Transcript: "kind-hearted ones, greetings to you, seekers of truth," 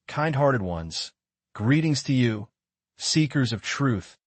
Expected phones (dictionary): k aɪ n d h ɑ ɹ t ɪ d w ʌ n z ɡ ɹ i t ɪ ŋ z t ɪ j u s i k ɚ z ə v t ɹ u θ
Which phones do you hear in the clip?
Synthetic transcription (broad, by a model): k aɪ n d h ɑ ɹ t ɪ d w ʌ n z ɡ ɹ i t ɪ ŋ z t ɪ j u s i k ɚ z ə v t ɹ u θ